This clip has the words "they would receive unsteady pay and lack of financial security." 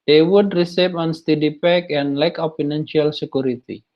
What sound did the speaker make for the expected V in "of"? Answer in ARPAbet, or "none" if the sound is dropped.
P